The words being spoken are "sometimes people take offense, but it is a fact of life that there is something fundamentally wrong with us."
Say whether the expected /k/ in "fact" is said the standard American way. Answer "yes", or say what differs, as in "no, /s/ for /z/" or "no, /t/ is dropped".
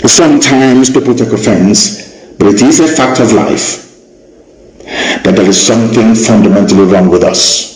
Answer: yes